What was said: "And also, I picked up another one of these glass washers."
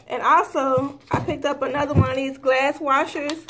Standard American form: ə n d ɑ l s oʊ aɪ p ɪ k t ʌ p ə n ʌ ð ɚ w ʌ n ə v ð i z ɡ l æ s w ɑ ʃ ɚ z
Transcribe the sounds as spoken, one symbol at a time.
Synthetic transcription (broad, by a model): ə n ɑ l s oʊ aɪ p ɪ k t ʌ p ə n ʌ ð ɚ w ʌ n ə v ð i z ɡ l æ s w ɑ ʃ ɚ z